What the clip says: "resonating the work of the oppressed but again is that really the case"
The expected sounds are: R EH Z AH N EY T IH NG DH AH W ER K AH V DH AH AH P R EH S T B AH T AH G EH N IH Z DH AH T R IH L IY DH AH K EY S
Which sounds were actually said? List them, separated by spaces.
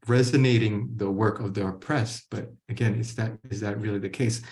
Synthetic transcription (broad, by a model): R EH Z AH N EY T IH NG DH AH W ER K AH V DH AH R P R EH S B AH T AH G EH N IH Z DH AH T R IH L IY DH AH K EY S